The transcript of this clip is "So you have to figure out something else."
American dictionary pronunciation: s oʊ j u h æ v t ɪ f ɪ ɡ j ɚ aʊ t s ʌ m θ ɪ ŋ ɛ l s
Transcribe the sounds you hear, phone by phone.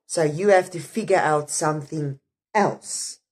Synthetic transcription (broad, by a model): s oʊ j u h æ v t ɪ f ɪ ɡ j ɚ aʊ t s ʌ m θ ɪ ŋ ɛ l s